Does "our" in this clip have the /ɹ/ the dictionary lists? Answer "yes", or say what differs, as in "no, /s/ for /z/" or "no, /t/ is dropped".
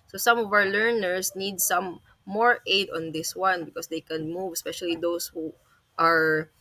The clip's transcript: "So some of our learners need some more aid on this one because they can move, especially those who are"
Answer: no, /w/ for /ɹ/